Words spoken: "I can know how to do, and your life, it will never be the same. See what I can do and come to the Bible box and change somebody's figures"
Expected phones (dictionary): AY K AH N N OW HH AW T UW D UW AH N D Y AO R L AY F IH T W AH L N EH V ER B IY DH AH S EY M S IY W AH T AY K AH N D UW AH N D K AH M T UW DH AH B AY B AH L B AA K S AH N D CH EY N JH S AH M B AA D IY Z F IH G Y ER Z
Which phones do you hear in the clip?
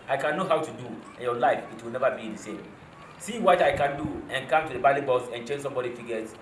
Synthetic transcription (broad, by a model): AY K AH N N OW HH AW T UW D UW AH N Y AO L AY F IH T W AH L N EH V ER B IY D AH S EY M S IY W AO T AY K AH N D UW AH N K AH M T UW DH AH B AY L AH B AA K S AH N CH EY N S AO M B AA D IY F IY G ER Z